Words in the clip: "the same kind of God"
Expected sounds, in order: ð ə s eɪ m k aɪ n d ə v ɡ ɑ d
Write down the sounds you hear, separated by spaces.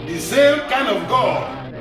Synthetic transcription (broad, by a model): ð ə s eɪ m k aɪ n ə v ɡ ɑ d